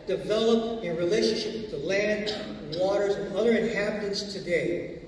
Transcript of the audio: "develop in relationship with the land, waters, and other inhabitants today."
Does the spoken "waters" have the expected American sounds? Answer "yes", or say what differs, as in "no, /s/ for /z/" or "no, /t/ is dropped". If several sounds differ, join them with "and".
yes